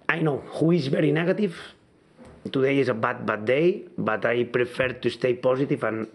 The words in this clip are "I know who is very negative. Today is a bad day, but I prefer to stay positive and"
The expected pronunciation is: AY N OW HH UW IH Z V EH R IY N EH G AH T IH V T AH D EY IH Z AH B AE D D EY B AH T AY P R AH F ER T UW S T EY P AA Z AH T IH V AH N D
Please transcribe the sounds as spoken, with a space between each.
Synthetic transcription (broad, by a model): AY N OW HH UW IH Z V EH R IY N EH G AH T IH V T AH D EY IH Z AH B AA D D EY B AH T AY P R AH F ER T UW S T EY P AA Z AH T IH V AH N